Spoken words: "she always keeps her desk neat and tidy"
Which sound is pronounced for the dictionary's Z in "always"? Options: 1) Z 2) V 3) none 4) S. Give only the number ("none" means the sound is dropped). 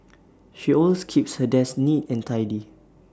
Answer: 3